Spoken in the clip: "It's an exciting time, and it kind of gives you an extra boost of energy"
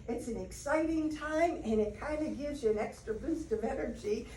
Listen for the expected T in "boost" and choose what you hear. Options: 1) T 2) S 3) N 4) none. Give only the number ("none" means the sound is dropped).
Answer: 1